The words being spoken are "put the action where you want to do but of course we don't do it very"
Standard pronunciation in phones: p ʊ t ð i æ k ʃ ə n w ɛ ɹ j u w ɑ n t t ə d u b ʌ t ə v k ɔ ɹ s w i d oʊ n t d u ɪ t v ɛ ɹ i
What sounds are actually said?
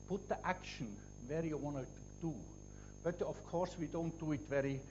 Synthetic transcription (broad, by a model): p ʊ t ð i æ k ʃ ə n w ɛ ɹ j u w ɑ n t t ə d u b ʌ t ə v k ɔ ɹ s w i d oʊ n t d u ɪ t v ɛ ɹ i